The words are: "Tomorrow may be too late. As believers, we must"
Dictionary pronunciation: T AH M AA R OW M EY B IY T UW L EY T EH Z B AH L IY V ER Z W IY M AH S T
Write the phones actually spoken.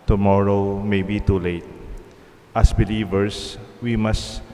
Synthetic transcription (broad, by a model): T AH M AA R OW M EY B IY T UW L EY T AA S B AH L IY V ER S W IY M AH S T